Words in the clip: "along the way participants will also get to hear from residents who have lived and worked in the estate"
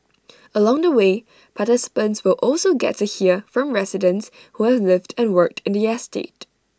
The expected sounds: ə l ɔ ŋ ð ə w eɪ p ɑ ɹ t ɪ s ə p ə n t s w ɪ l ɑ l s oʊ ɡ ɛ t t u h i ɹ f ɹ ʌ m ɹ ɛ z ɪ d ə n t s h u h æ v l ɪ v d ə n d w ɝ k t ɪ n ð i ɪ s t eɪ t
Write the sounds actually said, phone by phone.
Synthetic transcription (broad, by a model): ə l ɔ ŋ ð ə w eɪ p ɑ t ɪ s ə p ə n t s w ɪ l ɑ l s oʊ ɡ ɛ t t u h i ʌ f ɹ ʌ m ɹ ɛ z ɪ d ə n t s h u h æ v l ɪ v d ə n w ɝ k t ɪ n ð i ɪ s t eɪ t